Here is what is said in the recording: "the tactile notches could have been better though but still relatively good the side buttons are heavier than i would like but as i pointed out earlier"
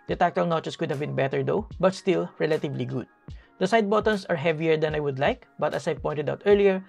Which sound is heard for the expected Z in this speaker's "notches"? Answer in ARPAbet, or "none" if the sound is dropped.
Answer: S